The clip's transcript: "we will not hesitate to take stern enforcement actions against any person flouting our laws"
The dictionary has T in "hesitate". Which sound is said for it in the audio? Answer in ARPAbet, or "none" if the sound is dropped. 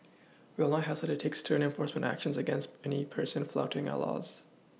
S